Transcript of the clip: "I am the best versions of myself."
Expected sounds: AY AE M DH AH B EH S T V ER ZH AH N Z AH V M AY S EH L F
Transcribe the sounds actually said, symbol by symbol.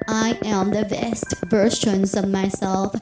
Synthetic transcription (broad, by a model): AY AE M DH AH B EH S T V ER SH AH N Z AH V M AY S EH L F